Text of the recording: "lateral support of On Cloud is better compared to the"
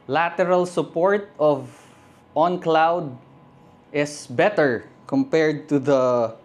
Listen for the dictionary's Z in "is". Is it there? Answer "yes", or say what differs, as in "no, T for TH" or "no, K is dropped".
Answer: no, S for Z